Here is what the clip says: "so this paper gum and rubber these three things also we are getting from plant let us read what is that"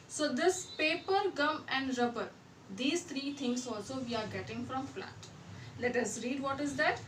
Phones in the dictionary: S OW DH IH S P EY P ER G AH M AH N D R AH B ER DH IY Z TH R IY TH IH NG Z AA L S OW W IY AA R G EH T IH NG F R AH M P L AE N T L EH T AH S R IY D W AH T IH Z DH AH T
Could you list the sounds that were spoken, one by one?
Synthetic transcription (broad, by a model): S OW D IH S P EY P ER G AH M AH N D R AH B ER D IY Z T R IY T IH NG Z AA L S OW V IY AA R G EH T IH NG F R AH M F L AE T L EH T AH S R IY D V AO T IH Z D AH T